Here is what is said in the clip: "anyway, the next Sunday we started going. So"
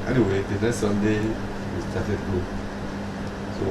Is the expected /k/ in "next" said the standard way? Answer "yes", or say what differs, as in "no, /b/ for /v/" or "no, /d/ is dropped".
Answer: no, /k/ is dropped